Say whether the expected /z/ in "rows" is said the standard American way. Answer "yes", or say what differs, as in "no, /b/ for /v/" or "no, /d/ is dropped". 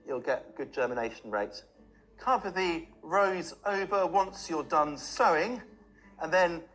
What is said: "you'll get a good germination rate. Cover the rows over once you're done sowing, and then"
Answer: yes